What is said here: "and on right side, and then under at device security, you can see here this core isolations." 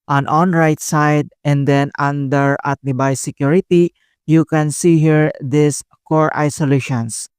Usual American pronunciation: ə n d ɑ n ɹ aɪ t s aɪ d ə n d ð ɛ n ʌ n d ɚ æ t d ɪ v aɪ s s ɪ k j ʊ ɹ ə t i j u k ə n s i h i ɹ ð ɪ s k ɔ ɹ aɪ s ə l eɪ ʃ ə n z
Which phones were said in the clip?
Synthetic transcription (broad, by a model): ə n ɑ n ɹ aɪ t s aɪ d ə n d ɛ n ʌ n d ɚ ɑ t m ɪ b aɪ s s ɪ k j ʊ ɹ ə t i j u k ə n s i h i ɹ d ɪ s k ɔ ɹ aɪ s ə l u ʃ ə n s